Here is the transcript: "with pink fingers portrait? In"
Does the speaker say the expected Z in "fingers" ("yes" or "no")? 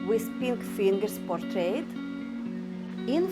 no